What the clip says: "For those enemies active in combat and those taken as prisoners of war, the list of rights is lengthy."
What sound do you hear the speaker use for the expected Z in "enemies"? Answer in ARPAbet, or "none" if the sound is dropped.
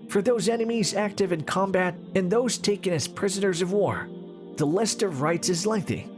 Z